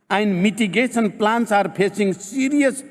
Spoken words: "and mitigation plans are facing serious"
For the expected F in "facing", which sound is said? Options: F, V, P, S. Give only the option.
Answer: P